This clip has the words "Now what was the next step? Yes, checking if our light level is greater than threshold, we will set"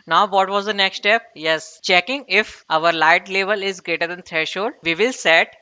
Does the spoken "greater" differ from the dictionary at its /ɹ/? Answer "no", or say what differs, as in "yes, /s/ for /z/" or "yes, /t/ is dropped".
no